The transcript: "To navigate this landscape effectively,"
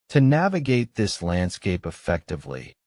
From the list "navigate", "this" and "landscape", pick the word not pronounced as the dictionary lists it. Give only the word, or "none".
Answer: none